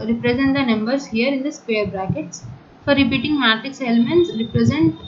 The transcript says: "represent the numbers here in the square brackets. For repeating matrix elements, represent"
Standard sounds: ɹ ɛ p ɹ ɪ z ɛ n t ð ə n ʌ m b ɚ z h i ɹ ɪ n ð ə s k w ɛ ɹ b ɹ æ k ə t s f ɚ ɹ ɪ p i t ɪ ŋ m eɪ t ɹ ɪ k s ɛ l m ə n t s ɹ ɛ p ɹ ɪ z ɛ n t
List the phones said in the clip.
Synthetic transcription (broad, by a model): ɹ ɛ p ɹ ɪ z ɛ n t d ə n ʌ m b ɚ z h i ɹ ɪ n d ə s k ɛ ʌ ɹ b ɹ æ k ə t s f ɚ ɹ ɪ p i t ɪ ŋ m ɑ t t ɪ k s ɛ l m ə n t s ɹ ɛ p ɹ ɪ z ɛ n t